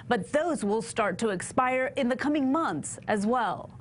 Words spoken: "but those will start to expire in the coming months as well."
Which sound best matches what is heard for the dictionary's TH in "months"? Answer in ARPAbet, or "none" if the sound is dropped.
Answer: TH